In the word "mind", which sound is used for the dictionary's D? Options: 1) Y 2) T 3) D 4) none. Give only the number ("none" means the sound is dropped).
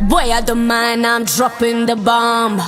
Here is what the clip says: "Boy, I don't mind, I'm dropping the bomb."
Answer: 4